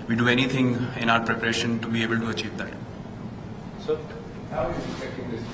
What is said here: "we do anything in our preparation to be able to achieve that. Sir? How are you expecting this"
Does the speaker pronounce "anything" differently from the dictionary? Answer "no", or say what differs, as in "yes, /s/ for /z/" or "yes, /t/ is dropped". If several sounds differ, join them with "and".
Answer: yes, /t/ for /θ/